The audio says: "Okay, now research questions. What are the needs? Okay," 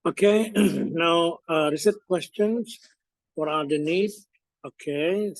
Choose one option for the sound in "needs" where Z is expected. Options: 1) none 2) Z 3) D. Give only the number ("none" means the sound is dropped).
1